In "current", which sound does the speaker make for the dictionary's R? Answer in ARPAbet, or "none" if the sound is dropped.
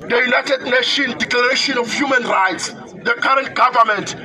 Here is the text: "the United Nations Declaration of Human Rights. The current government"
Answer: R